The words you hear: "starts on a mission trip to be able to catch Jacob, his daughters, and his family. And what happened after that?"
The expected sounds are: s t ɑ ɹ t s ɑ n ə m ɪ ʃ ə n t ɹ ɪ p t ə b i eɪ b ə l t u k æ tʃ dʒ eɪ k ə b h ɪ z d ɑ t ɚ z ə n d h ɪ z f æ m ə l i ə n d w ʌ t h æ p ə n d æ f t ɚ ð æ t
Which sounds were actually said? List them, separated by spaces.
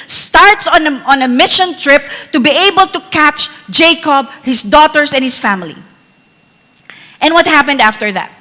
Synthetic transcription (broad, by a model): s t ɑ ɹ t s ɑ n ə m ɪ ʃ ə n t ɹ ɪ p t ə b i eɪ b ə l t u k æ tʃ dʒ eɪ k ə b h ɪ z d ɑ t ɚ s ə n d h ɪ s f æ m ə l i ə n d w ʌ t h æ p ə n d æ f t ɚ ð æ t